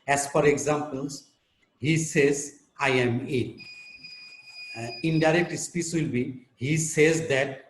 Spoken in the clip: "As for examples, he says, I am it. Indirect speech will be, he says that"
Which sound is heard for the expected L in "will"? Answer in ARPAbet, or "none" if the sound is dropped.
L